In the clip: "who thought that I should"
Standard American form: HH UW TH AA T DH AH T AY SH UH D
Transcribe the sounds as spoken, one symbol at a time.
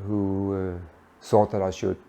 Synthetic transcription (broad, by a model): HH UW S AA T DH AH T AY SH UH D